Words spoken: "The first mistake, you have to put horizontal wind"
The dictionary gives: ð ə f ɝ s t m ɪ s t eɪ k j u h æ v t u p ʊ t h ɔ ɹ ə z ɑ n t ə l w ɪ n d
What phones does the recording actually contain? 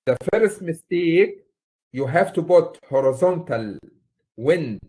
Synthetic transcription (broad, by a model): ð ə f ɝ s t m ɪ s t eɪ k j u h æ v t u b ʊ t h ɔ ɹ ə z ɑ n t ə l w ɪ n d